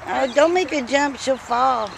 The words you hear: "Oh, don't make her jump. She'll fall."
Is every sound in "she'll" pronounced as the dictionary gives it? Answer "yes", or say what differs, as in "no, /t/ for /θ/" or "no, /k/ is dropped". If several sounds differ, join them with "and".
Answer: no, /s/ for /ʃ/